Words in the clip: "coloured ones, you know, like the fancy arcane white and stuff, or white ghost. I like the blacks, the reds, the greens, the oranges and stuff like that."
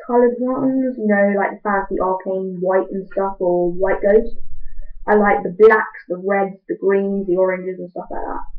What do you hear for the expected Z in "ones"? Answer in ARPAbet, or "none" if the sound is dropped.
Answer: Z